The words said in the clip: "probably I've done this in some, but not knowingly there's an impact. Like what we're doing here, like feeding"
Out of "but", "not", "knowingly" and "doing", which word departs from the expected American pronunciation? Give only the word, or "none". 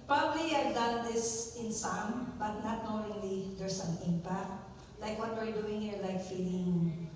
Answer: knowingly